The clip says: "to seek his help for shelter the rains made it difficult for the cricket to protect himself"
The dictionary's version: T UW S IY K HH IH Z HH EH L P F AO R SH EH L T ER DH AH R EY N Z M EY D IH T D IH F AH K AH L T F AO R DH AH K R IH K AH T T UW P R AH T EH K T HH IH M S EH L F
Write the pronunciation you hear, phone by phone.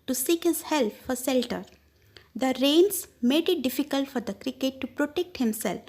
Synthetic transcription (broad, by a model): T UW S IY K HH IH Z HH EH L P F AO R S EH L T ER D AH R EY N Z M EY D IH T D IH F AH K AH L T F AO R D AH K R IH K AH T T UW P R AH T EH K T HH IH M S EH L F